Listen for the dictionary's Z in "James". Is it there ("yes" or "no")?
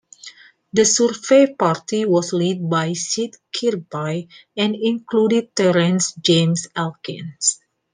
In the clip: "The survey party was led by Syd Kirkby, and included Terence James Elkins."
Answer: no